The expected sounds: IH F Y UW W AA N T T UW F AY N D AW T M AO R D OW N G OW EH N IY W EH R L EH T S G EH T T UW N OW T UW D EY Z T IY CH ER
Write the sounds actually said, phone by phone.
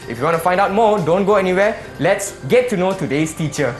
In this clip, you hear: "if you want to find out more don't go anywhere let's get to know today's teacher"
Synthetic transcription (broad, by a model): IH F Y UW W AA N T T UW F AY N D AW T M AO D OW N G OW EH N IY W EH L EH T S G EH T T UW N OW T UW D EY S T IY CH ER